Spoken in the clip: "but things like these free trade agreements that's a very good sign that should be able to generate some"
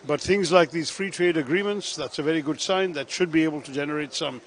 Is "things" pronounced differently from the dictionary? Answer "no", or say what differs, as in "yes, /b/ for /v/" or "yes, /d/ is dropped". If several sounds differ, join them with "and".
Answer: no